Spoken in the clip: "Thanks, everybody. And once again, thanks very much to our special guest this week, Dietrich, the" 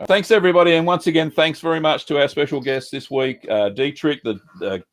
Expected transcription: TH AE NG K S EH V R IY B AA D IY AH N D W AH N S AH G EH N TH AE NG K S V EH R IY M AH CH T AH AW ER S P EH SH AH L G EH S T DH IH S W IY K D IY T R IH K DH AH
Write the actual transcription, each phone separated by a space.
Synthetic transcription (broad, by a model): TH AE NG K S EH V R IY B AA D IY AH N W AH N S AH G EH N TH AE NG K S V EH R IY M AH CH T AH AW ER S P EH SH L G EH S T DH IH S W IY K D IY T R IH K DH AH